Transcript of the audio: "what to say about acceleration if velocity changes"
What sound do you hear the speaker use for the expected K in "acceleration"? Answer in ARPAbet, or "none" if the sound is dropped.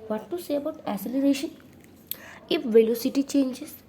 none